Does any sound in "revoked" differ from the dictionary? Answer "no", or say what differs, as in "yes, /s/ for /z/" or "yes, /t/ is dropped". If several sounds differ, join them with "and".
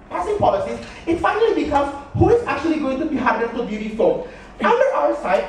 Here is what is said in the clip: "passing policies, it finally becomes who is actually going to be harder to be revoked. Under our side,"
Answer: yes, /f/ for /v/